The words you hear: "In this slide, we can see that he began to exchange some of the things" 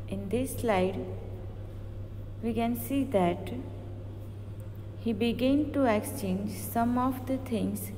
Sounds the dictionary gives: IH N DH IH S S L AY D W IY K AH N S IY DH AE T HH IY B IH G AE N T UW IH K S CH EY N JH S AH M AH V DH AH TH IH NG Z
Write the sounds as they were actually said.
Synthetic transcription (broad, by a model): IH N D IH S S L AY D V IY K AH N S IY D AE T HH IY B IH G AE N T UW IH K S CH EY N JH S AH M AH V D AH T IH NG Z